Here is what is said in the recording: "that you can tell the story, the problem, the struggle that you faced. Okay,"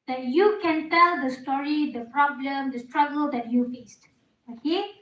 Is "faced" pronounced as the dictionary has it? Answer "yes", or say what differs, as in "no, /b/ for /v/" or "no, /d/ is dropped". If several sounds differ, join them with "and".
yes